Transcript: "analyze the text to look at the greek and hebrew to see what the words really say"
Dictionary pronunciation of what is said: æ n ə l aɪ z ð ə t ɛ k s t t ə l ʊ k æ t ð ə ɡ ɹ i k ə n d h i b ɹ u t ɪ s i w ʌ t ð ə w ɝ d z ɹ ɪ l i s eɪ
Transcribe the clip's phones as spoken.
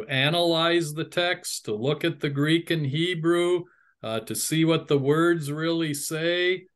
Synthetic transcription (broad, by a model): æ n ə l aɪ z ð ə t ɛ k s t t ə l ʊ k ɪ t ð ə ɡ ɹ i k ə n h i b ɹ u t ɪ s i w ʌ t ð ə w ɝ d z ɹ ɪ l i s eɪ